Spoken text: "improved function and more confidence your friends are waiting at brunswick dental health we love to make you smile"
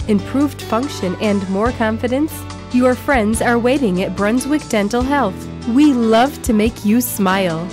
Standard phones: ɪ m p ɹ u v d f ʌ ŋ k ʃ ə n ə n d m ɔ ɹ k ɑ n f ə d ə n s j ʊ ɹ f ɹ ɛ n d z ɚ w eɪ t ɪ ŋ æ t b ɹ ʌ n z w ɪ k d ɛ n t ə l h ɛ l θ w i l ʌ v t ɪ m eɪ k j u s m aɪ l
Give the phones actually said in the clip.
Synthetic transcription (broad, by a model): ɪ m p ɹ u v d f ʌ ŋ k ʃ ə n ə n m ɔ ɹ k ɑ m f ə d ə n s j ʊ ɹ f ɹ ɛ n d z ɚ w eɪ t ɪ ŋ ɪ t b ɹ ʌ n z w ɪ k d ɛ n t l h ɛ l θ w i l ʌ v t ɪ m eɪ k j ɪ s m aɪ l